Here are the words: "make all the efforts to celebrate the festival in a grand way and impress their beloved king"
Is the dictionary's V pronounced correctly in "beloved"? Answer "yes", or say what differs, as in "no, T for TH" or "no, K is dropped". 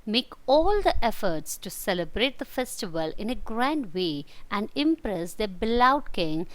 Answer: no, V is dropped